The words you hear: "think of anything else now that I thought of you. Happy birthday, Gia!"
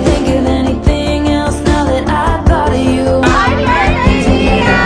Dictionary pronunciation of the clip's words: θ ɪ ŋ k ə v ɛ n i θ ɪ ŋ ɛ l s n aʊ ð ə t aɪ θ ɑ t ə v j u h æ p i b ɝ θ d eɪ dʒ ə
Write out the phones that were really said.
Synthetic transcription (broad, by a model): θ ɪ ŋ k ə v ɛ n i θ ɪ ŋ ɛ l s n aʊ ð ə t aɪ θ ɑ t ə v j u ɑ i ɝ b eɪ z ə